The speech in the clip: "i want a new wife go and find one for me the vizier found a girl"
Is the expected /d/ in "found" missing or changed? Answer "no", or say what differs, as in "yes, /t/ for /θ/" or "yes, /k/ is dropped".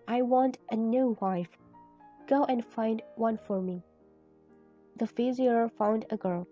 no